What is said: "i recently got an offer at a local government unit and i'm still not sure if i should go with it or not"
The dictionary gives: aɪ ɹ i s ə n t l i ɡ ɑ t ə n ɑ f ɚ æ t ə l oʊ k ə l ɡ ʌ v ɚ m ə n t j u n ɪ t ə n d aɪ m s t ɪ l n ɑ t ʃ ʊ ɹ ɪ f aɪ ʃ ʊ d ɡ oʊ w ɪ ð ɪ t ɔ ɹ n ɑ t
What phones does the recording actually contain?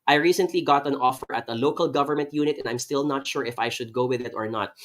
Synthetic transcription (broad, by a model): aɪ ɹ i s ə n t l i ɡ ɑ t ə n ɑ f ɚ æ t ə l oʊ k ə l ɡ ʌ v ɚ m ə n t j u n ɪ t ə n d aɪ m s t ɪ l n ɑ t ʃ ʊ ɹ ɪ f aɪ ʃ ʊ d ɡ oʊ w ɪ ð ɪ t ɔ ɹ n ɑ t